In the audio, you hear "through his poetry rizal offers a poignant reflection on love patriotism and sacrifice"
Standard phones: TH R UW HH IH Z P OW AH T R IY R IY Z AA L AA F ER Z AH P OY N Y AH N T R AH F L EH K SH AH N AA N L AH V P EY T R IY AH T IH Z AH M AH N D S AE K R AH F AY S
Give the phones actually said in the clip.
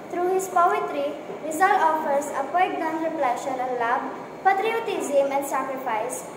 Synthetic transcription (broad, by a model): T R UW HH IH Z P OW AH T R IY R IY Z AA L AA F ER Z AH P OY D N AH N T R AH P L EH SH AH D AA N L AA B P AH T R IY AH T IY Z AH M AH N D S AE K R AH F AY S